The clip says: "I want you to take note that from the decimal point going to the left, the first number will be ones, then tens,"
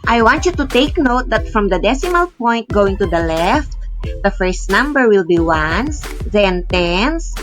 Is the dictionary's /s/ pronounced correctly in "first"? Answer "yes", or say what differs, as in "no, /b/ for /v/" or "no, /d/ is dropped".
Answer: yes